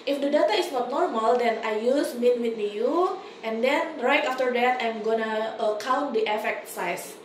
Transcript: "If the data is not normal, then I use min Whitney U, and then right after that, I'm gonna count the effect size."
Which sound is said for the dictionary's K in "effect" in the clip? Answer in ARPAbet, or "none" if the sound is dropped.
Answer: K